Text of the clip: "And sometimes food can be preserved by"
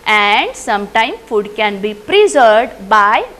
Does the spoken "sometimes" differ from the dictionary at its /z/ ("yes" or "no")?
yes